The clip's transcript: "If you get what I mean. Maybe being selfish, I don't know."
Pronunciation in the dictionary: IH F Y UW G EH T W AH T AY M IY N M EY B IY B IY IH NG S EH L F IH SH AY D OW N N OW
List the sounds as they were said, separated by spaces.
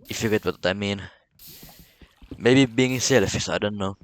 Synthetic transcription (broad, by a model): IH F Y UW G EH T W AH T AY M IY N M EY B IY B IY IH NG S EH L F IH S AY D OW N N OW